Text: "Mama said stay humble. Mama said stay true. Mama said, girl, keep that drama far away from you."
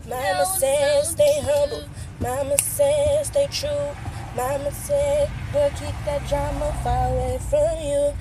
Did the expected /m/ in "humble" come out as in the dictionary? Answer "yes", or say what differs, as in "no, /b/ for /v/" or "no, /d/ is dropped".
no, /m/ is dropped